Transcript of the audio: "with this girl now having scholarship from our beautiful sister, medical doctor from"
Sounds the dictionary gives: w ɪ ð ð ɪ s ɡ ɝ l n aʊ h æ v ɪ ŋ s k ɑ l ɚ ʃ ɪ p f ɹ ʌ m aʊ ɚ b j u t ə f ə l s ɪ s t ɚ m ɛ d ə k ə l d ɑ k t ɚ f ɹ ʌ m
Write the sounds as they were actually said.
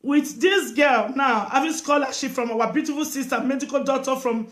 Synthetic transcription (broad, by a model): w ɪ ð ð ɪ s ɡ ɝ l n aʊ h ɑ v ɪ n s k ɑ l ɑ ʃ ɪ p f ɹ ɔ m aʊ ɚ b j u t ə f ə l s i s t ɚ m ɛ d ə k ə l d ɑ t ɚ f ɹ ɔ m